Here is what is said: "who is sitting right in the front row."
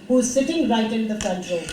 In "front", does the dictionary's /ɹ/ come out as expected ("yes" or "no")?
no